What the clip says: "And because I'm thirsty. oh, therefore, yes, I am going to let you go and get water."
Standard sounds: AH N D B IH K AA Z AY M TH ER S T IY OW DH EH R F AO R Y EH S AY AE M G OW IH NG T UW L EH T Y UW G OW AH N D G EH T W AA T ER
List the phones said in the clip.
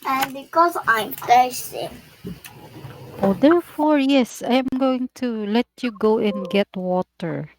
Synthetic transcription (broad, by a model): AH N B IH K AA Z AY M T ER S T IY OW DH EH R F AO R Y EH S AY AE M G OW IH NG T UW L EH T Y UW G OW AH N G EH T W AA T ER